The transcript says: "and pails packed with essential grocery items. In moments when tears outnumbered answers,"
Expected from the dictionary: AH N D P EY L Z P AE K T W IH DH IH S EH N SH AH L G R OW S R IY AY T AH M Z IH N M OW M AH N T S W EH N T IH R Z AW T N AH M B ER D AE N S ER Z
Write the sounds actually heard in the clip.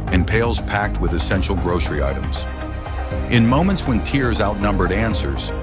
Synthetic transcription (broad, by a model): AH N P EY L Z P AE K T W IH DH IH S EH N SH L G R OW S R IY AY T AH M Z IH N M OW M AH N T S W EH N T IH R Z AW T N AH M B ER D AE N S ER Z